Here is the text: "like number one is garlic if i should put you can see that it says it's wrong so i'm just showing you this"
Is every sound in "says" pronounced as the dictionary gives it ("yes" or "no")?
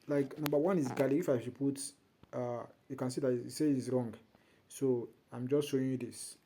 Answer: no